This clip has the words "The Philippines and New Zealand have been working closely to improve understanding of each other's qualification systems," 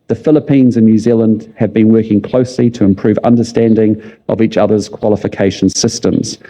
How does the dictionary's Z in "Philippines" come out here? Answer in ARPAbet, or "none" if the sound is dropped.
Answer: Z